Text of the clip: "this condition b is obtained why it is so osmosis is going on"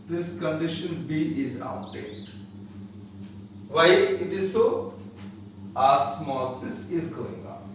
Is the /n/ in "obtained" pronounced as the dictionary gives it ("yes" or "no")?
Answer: no